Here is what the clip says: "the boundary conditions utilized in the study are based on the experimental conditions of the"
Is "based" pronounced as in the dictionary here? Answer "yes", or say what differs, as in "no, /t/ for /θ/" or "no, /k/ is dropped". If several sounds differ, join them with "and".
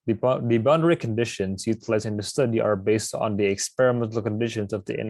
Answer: yes